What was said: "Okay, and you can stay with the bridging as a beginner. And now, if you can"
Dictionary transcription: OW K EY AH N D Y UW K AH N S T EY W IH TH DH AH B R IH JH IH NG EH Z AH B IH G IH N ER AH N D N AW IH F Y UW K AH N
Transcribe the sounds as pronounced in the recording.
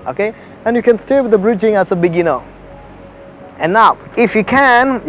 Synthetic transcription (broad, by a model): OW K EY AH N Y UW K AH N S T EY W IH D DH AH B R IH JH IH NG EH S AH B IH G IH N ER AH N N AW IH F Y UW K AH N